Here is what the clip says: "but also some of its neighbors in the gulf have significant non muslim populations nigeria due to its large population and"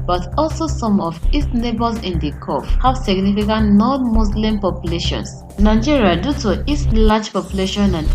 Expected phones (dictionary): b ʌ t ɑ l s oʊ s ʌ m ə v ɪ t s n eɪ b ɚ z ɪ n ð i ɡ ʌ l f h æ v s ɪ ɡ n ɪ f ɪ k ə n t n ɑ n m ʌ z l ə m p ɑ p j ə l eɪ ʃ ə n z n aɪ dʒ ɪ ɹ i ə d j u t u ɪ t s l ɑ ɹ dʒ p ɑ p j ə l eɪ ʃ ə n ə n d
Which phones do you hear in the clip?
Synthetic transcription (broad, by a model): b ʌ t ɑ l s oʊ s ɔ m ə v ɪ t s n eɪ b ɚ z ɪ n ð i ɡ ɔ f h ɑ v s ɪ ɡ n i f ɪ k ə n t n ɑ n m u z l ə m p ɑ p j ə l eɪ ʃ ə n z n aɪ dʒ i ɹ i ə d j u t u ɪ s l ɑ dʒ p ɑ p j ə l eɪ ʃ ə n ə n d